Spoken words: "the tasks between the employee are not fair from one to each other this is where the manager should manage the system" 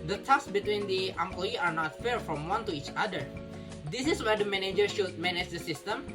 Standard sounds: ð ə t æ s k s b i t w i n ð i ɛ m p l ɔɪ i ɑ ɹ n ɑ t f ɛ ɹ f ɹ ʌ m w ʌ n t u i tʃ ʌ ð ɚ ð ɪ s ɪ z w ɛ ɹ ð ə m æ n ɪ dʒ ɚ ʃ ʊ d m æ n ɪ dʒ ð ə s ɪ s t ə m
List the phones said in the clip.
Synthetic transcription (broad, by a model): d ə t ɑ k s b i t w i n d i ɛ m p l ɔɪ i ɑ ɹ n ɑ t f ɛ ɹ f ɹ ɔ m w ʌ n t u i tʃ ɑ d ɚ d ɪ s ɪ s w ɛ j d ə m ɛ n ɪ dʒ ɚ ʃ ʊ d m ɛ n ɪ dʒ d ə s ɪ s t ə m